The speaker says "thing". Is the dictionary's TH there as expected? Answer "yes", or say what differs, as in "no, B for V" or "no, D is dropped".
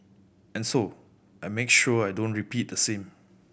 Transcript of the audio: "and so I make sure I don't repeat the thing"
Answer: no, S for TH